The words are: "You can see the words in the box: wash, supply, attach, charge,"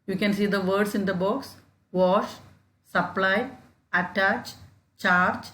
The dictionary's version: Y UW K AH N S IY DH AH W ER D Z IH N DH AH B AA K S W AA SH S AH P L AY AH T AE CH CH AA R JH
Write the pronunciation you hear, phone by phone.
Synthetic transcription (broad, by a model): Y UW K AH N S IY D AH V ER D S IH N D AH B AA K S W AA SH S AH P L AY AH T AE CH CH AA R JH